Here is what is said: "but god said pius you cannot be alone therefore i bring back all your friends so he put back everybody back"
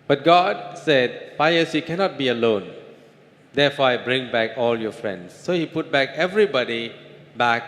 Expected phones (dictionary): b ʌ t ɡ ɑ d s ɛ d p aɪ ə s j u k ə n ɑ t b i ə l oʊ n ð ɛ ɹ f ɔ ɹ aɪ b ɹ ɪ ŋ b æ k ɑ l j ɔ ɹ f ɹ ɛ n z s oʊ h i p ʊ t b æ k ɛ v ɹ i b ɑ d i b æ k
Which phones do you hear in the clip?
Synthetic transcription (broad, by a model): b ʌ t ɡ ɑ d s ɛ d f aɪ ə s j u k ə n ɑ t b i ə l oʊ n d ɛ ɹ f ɔ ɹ aɪ b ɹ ɪ ŋ b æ k ɑ l j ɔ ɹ f ɹ ɛ n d s oʊ h i p ʊ t b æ k ɛ v ɹ i b ɑ d i b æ k